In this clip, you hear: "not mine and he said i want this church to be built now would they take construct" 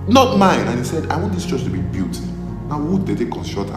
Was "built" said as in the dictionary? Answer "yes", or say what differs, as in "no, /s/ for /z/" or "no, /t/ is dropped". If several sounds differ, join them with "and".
no, /l/ is dropped